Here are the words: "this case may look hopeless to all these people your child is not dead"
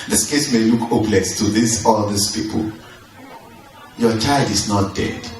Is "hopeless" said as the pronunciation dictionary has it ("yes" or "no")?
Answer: no